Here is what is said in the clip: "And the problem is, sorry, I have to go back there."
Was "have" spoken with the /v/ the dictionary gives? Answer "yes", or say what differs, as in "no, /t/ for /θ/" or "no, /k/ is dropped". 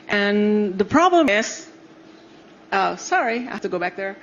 no, /f/ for /v/